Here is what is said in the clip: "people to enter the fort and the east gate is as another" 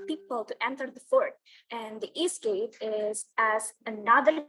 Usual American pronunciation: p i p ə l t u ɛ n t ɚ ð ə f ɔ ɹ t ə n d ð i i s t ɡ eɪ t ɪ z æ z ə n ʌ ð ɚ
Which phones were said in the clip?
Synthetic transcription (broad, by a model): p i p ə l t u ɛ n t ɚ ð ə f ɔ ɹ t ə n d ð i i s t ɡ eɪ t ɪ z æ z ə n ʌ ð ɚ